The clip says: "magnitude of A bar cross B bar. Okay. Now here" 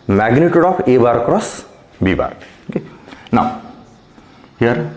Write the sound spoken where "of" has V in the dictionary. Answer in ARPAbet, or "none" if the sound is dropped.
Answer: P